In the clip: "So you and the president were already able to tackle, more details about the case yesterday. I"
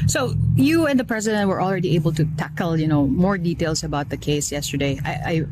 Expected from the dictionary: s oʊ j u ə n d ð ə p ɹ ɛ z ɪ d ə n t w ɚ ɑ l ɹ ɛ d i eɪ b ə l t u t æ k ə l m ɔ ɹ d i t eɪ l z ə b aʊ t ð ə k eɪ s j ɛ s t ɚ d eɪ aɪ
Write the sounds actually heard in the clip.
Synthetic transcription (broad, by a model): s oʊ j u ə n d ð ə p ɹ ɛ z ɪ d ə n t w ɚ ɑ l ɹ ɛ d i eɪ b ə l t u t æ k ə n m ɔ ɹ d i t eɪ l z ə b aʊ t ð ə k eɪ s j ɛ s t ɚ d eɪ aɪ